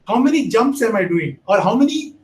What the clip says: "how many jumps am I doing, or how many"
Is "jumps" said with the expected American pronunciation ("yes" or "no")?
yes